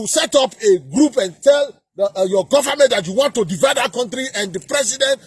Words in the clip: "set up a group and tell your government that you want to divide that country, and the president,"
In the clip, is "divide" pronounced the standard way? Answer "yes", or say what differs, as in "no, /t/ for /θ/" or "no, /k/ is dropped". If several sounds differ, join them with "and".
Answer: yes